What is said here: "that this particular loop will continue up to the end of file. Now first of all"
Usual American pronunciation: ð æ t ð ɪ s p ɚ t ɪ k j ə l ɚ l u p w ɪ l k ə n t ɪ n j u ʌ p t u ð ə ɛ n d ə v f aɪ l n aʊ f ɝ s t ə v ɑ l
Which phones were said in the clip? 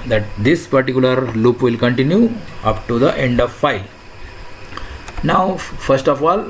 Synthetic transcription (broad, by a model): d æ t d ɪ s p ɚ t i k j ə l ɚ l u p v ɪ l k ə n t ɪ n j u ʌ p t u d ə ɛ n d ə v f aɪ l n aʊ f ɝ s t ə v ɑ l